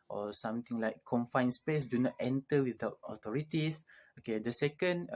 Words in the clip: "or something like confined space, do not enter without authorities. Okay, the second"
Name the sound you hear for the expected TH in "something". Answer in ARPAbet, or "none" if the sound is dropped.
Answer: T